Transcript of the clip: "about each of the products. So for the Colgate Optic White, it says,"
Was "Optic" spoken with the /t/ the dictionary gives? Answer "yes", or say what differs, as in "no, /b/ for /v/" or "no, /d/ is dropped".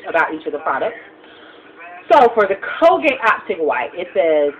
no, /s/ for /t/